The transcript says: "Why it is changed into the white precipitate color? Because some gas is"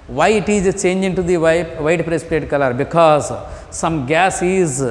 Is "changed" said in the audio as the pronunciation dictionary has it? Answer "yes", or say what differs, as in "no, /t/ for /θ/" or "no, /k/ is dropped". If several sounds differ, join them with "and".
no, /d/ is dropped